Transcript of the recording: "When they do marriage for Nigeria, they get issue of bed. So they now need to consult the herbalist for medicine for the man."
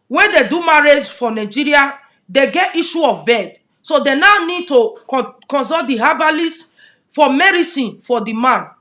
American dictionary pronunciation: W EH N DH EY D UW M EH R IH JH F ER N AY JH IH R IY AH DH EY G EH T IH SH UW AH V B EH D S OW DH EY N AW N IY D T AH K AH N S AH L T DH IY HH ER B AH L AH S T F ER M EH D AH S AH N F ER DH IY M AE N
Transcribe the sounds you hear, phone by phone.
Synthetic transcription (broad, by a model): W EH N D EY D UW M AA R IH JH F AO N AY JH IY R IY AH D EY G EH T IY SH UW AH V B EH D S OW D EY N AW N IY D T AH K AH N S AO T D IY HH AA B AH L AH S F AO M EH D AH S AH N F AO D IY M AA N